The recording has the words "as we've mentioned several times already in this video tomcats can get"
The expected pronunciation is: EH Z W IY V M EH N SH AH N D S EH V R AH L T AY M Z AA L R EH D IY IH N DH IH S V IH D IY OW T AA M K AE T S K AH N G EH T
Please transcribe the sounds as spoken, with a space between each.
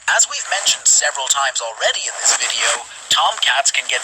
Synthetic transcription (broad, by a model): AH Z W IY V M EH N SH AH N D S EH V R AH L T AY M Z L R EH D IY IH N DH IH S V IH D IY OW T AA M K AE T S K AH N G EH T